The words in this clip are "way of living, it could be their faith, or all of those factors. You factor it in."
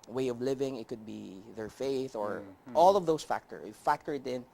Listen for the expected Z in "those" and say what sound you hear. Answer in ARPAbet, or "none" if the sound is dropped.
S